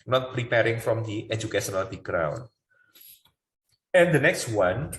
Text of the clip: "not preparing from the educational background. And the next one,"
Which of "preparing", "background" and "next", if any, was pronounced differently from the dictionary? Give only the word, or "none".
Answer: background